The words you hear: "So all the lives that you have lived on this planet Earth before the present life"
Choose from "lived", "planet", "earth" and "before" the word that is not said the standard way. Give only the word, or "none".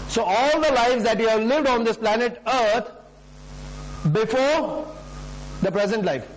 earth